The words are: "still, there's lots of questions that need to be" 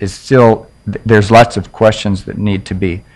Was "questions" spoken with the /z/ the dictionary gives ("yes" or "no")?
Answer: yes